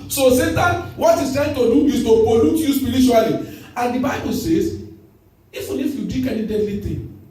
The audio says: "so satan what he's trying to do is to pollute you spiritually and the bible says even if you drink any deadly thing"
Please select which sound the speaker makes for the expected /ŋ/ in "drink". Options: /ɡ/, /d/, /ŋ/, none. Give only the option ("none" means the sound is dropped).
none